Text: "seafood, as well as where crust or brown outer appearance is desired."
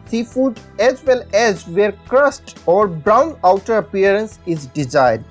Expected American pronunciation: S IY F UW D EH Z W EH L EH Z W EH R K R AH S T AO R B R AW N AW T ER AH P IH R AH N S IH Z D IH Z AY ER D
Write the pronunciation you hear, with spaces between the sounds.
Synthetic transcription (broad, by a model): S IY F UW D EH Z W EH L EH Z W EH R K R AH S T AO R B R AW N AW T ER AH P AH R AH N S IH Z D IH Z AY D